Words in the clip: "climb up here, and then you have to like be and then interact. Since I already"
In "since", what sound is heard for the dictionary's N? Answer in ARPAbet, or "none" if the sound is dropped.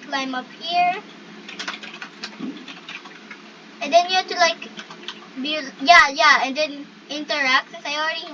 none